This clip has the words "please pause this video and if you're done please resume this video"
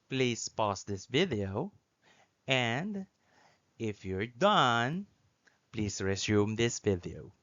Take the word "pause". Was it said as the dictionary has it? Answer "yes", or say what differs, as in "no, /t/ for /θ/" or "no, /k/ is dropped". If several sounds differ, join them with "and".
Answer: no, /s/ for /z/